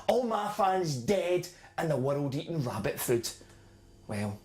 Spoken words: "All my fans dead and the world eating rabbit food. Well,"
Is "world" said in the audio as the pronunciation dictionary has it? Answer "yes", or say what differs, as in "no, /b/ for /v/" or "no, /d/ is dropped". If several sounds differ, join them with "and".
yes